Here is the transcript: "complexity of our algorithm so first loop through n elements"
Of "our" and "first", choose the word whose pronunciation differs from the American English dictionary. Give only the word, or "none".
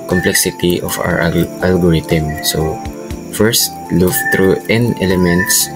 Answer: our